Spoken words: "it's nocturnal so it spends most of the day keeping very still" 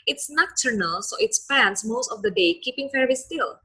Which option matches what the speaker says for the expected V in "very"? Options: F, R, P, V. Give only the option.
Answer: F